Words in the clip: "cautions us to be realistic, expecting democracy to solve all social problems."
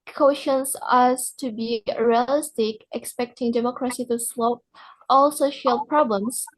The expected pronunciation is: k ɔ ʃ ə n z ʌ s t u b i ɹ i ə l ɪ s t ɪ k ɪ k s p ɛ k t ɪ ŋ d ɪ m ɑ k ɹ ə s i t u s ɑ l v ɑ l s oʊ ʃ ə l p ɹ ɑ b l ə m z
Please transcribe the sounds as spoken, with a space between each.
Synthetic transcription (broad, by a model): k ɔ ʃ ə n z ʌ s t u b i ɹ i ə l ɪ s t ɪ k ɪ k s p ɛ k t ɪ ŋ d ɪ m ɑ k ɹ ə s i t u s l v ɑ l s oʊ ʃ ə l p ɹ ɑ b l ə m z